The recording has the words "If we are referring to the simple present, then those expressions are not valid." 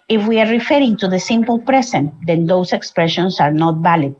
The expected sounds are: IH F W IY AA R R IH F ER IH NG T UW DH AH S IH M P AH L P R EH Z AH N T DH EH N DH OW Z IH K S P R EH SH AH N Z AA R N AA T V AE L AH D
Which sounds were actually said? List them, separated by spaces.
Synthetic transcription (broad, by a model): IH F W IY AA R R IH F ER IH NG T UW DH AH S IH M P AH L P R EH S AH N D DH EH N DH OW S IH K S P R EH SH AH N S AA R N AA T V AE L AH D